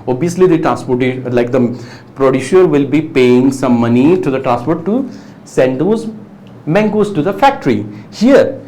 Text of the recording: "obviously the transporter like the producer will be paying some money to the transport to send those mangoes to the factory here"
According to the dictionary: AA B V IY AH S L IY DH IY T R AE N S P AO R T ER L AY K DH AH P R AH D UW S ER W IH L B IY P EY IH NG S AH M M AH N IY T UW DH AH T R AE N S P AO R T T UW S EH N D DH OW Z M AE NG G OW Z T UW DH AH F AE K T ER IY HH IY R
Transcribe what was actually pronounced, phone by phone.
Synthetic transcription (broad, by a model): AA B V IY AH S L IY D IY T R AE N S P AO R T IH L AY K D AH P R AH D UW SH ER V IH L B IY P EY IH NG S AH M M AH N IY T UW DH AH T R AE N S P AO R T T UW S EH N D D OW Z M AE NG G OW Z T UW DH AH F AE K T ER IY HH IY R